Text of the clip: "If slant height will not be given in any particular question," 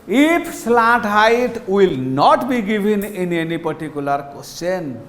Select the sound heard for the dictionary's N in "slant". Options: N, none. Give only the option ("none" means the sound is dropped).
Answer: none